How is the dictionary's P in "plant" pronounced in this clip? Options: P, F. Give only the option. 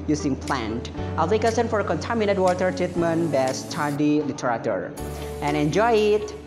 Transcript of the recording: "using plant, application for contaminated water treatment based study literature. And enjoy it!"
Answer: P